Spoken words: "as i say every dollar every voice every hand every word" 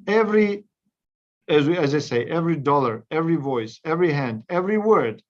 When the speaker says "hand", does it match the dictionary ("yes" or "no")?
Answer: yes